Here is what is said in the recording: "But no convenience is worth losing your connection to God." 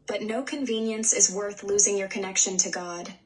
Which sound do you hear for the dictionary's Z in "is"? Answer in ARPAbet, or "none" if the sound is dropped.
Z